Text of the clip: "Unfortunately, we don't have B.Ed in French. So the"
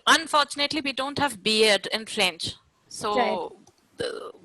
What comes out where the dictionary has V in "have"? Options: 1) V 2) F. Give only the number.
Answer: 1